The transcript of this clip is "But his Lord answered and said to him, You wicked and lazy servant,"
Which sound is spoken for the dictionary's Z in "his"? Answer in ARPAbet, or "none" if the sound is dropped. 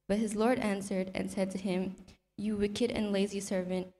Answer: Z